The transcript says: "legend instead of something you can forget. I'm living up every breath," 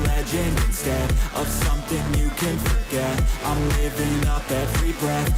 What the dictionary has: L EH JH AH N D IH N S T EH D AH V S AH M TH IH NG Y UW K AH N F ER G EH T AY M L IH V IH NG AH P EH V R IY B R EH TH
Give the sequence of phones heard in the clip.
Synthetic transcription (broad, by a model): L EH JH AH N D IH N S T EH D AH V S AH M TH IH NG Y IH K AH N F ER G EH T AY M L IH V IH NG AH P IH F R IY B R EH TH